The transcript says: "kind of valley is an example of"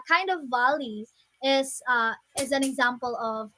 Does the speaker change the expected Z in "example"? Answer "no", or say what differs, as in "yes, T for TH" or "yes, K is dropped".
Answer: no